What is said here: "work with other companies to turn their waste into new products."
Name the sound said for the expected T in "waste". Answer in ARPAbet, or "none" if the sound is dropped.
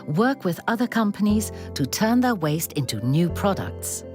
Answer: T